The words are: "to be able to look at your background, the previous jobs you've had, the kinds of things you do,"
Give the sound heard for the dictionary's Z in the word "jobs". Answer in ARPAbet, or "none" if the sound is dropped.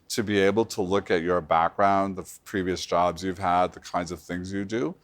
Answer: Z